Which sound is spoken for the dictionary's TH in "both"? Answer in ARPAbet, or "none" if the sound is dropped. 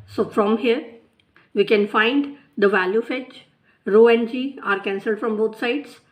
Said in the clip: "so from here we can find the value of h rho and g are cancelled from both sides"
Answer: T